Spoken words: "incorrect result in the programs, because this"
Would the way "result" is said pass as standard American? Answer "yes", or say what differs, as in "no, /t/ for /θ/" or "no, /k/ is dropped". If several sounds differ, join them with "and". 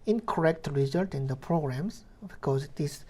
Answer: yes